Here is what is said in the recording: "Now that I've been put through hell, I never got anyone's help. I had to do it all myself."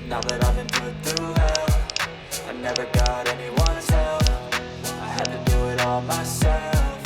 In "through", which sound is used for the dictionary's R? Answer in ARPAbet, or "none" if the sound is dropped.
none